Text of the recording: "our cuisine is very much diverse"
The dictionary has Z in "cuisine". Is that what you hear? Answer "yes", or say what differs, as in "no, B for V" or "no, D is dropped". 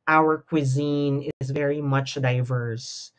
yes